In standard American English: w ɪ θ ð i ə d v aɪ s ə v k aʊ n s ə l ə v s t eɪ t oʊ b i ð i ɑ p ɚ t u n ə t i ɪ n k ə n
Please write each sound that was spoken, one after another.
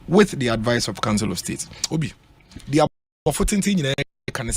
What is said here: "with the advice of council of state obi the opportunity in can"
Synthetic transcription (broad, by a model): w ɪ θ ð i ə d v aɪ s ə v k aʊ n s ə l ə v s t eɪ t oʊ b i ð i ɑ f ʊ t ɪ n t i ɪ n k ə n